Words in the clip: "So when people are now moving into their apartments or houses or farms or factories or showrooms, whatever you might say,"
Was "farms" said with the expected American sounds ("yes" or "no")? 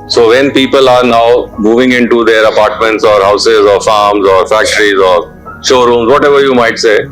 yes